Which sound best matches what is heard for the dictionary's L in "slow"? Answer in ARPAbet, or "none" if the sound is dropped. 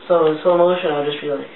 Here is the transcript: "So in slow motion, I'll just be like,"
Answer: none